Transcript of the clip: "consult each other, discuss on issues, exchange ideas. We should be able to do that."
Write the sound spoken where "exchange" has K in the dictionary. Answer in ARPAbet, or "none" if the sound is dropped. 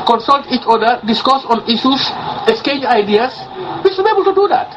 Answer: none